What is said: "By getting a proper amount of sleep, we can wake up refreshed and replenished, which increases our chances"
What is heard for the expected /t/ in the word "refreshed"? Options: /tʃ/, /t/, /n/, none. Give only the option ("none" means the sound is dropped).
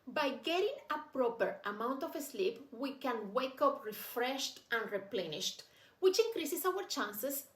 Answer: /t/